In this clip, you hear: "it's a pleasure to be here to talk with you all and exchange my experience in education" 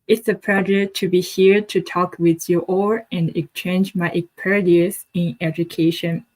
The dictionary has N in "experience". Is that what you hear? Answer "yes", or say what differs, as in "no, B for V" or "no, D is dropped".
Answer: no, N is dropped